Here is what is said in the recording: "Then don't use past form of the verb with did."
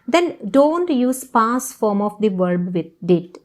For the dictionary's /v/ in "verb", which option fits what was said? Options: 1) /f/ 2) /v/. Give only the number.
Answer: 2